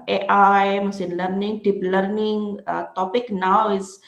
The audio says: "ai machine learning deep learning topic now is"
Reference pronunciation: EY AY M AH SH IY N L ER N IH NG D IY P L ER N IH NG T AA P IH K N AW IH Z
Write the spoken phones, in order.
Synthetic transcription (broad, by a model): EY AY M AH S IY N L ER N IH NG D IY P L ER N IH NG T AA P IH K N AW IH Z